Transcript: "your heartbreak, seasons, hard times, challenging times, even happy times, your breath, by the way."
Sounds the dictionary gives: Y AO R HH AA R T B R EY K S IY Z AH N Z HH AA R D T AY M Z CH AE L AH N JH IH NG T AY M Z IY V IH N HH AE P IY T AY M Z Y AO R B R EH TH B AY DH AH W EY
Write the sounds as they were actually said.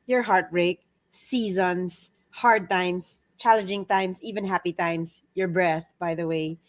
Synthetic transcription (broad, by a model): Y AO R HH AA R T B R EY K S IY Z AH N S HH AA R D T AY M S CH AE L AH N JH IH NG T AY M S IY V IH N HH AE P IY T AY M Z Y AO R B R EH TH B AY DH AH W EY